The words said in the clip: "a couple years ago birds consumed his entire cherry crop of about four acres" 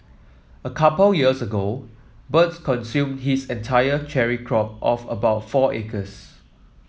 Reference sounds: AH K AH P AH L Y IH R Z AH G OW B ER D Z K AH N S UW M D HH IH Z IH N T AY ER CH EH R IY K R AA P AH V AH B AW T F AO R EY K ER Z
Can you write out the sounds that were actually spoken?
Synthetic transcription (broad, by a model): AH K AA P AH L Y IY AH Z AH G OW B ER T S K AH N S UW M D HH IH S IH N T AY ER CH EH R IY K R AA P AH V AH B AW T F AO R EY K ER S